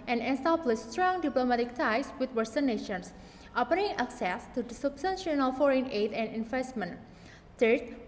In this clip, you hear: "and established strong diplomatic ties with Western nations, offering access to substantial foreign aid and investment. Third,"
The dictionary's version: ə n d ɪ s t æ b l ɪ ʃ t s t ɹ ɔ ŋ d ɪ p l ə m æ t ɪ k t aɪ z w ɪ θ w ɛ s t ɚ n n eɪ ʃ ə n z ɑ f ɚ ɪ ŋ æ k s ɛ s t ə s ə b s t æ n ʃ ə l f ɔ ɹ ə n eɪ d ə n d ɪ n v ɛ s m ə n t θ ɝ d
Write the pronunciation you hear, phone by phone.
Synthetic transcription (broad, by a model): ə n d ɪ s t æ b l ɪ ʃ s t ɹ ɔ ŋ d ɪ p l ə m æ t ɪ k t aɪ s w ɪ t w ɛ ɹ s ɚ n n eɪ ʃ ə n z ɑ p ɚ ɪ ŋ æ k s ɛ s t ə s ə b s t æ n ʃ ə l f ɔ ɹ ə n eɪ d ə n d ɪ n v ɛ s m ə n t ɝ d